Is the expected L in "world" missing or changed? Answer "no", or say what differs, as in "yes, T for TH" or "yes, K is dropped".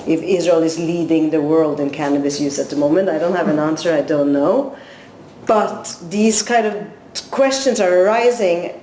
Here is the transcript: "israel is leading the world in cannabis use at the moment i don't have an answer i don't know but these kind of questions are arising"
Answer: no